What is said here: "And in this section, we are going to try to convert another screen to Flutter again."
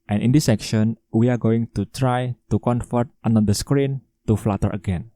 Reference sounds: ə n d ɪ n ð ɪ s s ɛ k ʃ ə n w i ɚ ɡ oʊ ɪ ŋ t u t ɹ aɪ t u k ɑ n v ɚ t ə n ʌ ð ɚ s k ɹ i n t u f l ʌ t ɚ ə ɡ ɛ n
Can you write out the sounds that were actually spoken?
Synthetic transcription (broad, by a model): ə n ɪ n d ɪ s s ɛ k ʃ ə n w i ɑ ɡ oʊ ɪ ŋ t u t ɹ aɪ t u k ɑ n f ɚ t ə n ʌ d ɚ s k ɹ i n t u f l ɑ t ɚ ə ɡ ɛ n